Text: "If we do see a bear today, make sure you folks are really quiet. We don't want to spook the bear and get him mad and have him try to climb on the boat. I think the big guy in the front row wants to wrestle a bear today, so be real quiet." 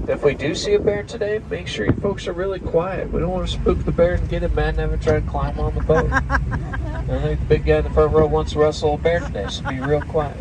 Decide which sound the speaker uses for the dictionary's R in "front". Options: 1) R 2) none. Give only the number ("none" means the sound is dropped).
2